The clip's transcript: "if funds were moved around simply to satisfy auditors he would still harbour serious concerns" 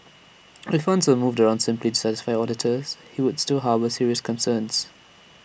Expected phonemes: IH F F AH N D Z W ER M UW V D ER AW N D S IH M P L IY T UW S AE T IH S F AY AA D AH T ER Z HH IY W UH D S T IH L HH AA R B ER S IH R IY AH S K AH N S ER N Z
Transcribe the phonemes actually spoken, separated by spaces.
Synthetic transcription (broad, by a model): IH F F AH N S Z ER M UW V D ER AW N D S IH M P L IY T UW S AE T IH S F AY AA D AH T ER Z HH IY W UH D S T IH L HH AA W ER S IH R IY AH S K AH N S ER N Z